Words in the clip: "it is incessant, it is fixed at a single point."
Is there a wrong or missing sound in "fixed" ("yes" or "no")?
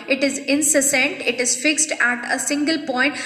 no